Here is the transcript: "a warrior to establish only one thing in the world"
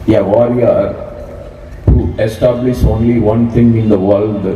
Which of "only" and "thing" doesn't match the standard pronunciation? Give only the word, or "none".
thing